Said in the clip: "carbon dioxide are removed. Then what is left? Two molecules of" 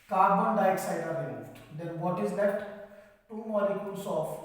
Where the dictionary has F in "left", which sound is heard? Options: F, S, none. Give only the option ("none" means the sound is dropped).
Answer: none